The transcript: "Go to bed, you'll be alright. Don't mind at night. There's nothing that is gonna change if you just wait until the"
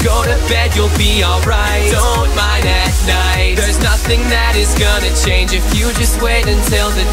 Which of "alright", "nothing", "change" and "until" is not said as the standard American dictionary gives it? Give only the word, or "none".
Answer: none